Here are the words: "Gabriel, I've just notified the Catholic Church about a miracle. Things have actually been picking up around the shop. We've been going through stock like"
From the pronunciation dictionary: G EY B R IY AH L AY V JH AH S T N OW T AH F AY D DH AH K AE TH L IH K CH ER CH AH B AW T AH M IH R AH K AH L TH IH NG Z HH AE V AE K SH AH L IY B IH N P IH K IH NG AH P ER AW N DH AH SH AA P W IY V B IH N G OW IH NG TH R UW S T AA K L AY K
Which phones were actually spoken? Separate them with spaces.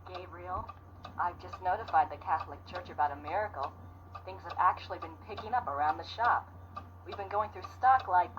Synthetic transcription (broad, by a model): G EY B R IY L AY V JH AH S T N OW T AH F AY D DH AH K AE TH L IH K CH ER CH AH B AW T AH M IH R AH K L TH IH NG Z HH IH V AE K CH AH L IY B IH N P IH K IH NG AH P ER AW N DH AH SH AA P W IY V B IH N G OW IH NG TH R UW S T AA K L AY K